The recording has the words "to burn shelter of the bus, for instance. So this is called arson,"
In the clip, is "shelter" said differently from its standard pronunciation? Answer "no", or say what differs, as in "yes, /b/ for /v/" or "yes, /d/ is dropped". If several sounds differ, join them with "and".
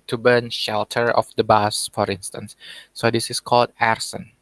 no